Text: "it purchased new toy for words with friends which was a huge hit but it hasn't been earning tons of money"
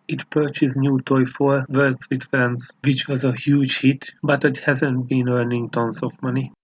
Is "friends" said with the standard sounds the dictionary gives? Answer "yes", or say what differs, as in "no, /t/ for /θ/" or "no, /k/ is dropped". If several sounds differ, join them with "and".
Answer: no, /ɹ/ is dropped